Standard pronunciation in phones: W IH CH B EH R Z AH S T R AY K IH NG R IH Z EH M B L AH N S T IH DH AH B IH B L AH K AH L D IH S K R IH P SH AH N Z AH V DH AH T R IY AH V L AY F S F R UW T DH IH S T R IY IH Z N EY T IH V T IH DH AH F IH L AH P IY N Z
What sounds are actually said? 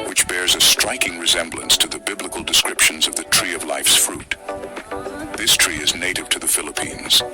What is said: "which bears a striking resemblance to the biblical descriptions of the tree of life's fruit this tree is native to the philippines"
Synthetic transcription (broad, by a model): W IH CH B EH R Z AH S T R AY K IH NG R IH Z EH M B L AH N S T IH DH AH B IH B L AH K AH L D IH S K R IH P SH AH N Z AH V DH AH T R IY AH V L AY F S F R UW T DH IH S T R IY IH Z N EY T IH V T IH DH AH F IH L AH P IY N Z